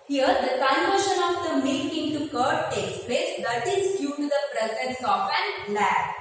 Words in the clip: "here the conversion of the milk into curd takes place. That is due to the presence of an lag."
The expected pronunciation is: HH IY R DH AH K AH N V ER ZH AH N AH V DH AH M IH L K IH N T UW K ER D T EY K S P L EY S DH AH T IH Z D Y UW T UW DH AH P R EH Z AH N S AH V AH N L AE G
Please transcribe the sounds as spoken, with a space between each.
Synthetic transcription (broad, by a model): HH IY R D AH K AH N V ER SH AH N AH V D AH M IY K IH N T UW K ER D T EY K S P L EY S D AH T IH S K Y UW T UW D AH P R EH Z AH N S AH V AH N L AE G